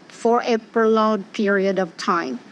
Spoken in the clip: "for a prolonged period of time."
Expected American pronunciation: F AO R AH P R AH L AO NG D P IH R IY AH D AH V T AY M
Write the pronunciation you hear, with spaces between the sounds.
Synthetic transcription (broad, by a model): F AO R AH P AH L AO D P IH R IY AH D AH V T AY M